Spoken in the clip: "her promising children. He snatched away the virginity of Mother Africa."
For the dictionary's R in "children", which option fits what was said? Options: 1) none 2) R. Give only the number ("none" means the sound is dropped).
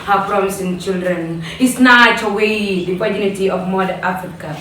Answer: 2